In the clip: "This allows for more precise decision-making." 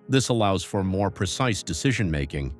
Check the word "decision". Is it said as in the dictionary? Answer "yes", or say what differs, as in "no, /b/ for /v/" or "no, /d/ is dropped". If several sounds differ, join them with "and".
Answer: yes